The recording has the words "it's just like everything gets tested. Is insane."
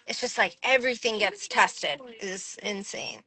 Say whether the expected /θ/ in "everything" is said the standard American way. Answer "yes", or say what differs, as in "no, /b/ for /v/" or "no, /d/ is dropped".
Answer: yes